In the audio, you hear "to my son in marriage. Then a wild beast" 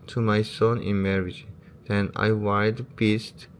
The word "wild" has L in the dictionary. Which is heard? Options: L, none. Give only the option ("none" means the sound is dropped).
none